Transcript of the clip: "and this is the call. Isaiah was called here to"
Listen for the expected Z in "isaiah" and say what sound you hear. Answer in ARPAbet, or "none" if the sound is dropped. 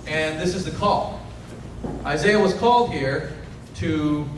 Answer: Z